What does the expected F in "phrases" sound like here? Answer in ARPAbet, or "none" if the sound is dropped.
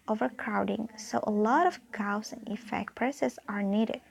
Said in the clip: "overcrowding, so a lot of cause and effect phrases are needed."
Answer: P